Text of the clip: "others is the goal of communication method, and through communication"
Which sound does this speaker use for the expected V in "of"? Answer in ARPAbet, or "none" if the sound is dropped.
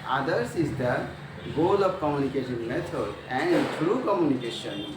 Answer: P